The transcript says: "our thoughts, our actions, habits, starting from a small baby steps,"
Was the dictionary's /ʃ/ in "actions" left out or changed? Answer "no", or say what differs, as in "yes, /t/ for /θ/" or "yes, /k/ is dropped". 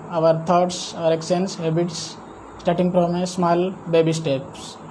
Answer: yes, /s/ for /ʃ/